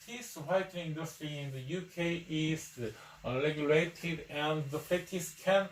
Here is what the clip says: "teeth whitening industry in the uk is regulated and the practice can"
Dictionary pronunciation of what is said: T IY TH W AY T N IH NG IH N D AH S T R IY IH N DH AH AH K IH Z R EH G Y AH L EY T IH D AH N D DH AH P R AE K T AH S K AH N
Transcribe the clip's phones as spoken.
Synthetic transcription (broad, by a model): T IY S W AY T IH IH N D AH S T R IY IH N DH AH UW K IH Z R EH G Y AH L EY T IH D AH N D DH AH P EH T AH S K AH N